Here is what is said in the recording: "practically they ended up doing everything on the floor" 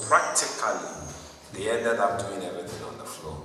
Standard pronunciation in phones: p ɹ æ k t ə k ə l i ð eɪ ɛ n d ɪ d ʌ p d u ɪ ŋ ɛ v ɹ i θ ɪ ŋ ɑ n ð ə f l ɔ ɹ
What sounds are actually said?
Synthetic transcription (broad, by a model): p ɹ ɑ k t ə k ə l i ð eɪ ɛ d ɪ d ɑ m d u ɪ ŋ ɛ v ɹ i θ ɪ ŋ ɑ n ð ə f l ɔ